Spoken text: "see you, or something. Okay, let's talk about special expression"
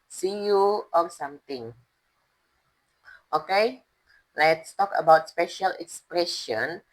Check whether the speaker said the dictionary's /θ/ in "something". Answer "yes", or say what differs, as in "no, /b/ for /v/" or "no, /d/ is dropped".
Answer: no, /t/ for /θ/